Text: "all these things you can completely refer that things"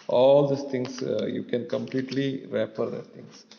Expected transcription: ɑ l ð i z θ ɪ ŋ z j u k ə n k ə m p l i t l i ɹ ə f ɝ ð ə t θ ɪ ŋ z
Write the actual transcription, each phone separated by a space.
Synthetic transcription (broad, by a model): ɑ l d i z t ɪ ŋ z j u k ə n k ə m p l i t l i ɹ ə p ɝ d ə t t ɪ ŋ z